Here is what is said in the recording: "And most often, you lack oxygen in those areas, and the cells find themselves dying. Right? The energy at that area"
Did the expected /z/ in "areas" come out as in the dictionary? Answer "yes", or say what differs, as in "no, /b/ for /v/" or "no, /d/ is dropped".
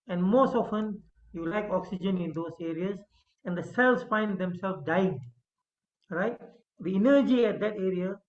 no, /s/ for /z/